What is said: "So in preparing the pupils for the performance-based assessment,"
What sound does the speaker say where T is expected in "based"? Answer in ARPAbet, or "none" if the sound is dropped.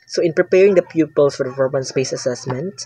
none